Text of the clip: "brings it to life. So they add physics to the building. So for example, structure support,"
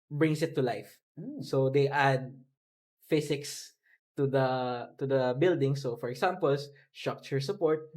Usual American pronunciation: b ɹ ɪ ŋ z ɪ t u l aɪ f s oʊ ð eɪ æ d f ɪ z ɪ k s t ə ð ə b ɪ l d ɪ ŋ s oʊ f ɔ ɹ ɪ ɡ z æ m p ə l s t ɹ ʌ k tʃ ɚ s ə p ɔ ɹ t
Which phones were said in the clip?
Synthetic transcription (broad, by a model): b ɹ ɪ ŋ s ɪ t u l aɪ f s oʊ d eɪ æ d f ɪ s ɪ k s t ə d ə b ɪ l d ɪ ŋ s oʊ f ɔ ɹ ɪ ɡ s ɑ m p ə l s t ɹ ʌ k tʃ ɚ s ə p ɔ ɹ t